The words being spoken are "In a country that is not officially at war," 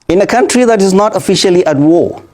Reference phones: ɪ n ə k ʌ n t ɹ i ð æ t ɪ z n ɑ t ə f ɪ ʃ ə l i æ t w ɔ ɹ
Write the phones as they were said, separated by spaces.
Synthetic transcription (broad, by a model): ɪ n ə k ʌ n t ɹ i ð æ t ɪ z n ɑ t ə f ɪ ʃ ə l i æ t w ɔ